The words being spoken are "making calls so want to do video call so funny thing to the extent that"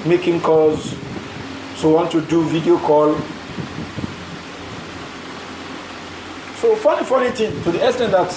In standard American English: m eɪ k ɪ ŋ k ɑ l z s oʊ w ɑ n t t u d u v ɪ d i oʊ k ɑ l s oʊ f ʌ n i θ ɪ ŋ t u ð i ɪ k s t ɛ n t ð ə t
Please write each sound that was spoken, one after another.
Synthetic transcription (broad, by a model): m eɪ k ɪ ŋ k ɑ z s oʊ w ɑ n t t u d u v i d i oʊ k ɑ l s oʊ f ʌ n i f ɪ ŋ t u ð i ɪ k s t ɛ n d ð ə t